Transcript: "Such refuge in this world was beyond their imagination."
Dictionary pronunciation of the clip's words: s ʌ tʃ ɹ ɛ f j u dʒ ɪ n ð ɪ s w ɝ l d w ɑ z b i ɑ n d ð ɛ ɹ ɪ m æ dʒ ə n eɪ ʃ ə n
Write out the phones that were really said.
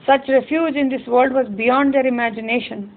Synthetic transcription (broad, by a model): s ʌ tʃ ɹ ɛ f j u dʒ ɪ n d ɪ s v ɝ l d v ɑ z b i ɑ n d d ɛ ɹ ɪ m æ dʒ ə n eɪ ʃ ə n